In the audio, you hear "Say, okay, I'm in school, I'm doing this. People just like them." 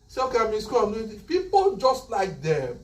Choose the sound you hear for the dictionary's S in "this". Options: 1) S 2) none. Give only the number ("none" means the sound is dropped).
2